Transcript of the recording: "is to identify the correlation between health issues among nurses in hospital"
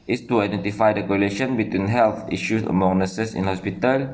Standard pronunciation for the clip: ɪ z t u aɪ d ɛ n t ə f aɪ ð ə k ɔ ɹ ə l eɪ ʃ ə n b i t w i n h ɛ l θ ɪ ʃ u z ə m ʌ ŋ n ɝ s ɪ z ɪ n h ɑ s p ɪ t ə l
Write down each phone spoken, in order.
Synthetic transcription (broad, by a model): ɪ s t u aɪ d ɛ n t ə f aɪ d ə k ɔ ɹ ə l eɪ ʃ ə n b i t w i n h ɛ l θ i ʃ u s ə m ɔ n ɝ s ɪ s ɪ n h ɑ s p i t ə l